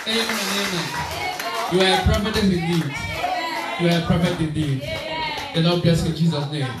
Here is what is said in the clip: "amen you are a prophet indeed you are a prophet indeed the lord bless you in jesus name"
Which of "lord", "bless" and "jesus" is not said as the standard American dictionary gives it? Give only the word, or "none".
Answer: lord